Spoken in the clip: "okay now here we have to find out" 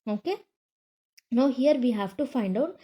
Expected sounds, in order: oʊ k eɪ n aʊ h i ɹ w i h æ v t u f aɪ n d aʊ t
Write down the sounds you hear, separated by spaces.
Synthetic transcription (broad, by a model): oʊ k eɪ n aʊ h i ɹ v i h æ v t u f aɪ n d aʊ t